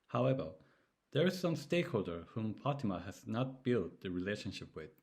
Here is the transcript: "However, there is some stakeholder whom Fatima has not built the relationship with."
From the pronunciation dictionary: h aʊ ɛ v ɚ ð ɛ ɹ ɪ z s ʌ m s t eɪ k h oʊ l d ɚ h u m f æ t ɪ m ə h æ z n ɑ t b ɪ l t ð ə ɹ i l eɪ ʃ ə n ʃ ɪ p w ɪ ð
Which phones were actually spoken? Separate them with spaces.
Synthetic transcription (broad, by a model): h aʊ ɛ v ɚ ð ɛ ɹ ɪ z s ʌ m s t eɪ k h oʊ l d ɚ h u m p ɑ t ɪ m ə h æ z n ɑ t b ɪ l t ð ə ɹ i l eɪ ʃ ə n ʃ ɪ p w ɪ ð